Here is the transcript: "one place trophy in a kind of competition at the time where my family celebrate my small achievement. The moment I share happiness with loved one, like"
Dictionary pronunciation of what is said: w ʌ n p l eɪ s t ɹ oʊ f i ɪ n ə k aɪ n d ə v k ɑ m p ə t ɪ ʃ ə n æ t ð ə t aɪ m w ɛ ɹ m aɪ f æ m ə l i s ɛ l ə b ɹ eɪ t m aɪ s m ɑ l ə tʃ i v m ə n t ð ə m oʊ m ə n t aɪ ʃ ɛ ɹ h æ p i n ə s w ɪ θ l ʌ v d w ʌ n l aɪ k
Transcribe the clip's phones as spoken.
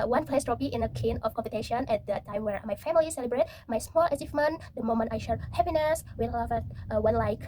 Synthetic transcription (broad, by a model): w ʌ n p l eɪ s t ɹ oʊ p i ɪ n ə k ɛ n ə f k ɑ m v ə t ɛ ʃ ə n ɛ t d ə t aɪ m w ɛ ɹ m aɪ f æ m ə l i s ɛ l ə b ɹ eɪ t m aɪ s m ɑ l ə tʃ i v m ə n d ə m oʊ m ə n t aɪ ʃ ɛ ɹ h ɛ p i n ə s w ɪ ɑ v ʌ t w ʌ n l aɪ k